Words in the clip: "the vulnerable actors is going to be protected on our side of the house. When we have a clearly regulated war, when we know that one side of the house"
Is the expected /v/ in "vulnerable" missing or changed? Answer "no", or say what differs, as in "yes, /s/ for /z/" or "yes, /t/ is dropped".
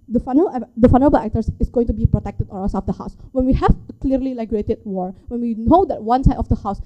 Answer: yes, /f/ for /v/